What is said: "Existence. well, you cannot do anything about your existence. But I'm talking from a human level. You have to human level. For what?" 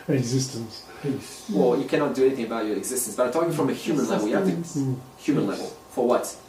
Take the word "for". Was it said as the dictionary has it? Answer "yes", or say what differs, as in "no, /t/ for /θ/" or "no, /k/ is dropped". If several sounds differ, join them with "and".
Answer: yes